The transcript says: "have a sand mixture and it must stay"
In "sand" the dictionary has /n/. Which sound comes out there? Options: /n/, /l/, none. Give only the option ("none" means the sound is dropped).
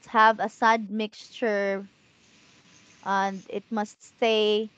none